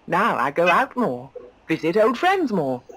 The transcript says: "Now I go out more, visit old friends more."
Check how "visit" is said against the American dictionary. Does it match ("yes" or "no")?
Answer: yes